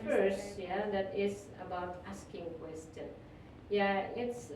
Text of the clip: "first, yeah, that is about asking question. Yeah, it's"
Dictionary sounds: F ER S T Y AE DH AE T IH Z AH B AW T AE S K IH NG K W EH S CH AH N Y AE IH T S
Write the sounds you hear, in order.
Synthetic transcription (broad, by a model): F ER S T Y AE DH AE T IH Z AH B AW T AE S K IH NG K W EH S CH AH N Y AE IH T S